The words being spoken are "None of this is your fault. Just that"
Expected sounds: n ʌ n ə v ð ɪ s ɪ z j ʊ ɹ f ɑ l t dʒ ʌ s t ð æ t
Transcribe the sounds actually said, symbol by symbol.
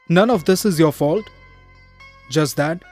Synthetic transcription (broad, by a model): n ʌ n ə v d ɪ s ɪ z j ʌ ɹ f ɑ l t dʒ ʌ s t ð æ t